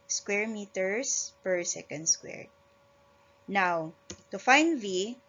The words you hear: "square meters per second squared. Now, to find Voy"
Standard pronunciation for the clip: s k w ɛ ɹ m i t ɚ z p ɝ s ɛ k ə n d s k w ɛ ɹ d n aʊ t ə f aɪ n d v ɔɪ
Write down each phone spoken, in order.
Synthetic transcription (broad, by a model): s k w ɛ ɹ m i t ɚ s p ɝ s ɛ k ə n d s k w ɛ ɹ n aʊ t ə f aɪ n d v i